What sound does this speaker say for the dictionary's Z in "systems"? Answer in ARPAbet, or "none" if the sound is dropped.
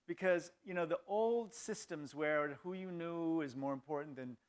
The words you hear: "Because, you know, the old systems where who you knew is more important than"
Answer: Z